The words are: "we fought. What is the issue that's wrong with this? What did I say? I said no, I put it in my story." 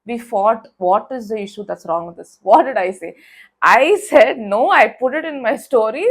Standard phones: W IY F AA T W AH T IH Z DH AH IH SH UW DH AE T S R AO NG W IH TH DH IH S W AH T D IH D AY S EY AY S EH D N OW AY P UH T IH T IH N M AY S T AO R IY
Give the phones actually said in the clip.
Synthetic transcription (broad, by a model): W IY F AA T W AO T IH Z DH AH IH SH UW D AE T S R AO NG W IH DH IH S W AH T D IH D AY S EY AY S EH D N OW AY P UH T IH T IH N M AY S T AO R IY